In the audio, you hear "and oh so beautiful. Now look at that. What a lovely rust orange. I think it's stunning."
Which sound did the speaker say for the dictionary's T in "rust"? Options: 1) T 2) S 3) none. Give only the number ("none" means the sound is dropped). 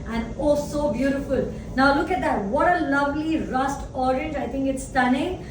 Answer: 1